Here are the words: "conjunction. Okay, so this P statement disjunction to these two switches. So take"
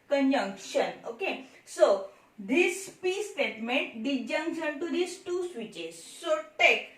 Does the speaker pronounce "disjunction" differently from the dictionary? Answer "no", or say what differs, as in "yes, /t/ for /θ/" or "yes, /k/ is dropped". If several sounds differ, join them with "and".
yes, /s/ is dropped